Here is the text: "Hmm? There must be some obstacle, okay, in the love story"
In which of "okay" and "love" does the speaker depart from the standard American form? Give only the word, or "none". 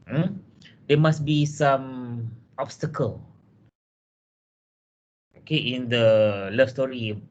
love